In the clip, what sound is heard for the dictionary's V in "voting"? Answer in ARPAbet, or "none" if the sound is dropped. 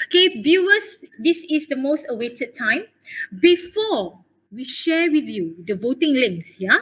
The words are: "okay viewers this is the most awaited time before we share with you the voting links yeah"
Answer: V